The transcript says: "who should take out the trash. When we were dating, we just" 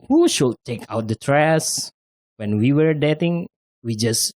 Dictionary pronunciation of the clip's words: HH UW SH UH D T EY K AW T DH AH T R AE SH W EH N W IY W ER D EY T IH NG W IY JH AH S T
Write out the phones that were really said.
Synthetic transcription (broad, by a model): HH UW SH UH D T EY K AW T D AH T R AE S W EH N W IY W ER D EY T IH NG W IY JH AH S